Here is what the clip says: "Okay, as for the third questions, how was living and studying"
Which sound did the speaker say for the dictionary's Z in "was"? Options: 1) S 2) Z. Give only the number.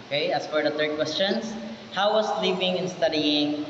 1